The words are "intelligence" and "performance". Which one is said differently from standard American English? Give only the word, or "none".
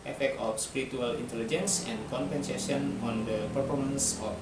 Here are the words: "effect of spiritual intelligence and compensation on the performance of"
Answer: none